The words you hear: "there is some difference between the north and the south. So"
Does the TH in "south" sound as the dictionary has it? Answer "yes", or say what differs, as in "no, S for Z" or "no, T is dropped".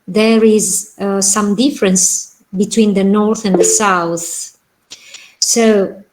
yes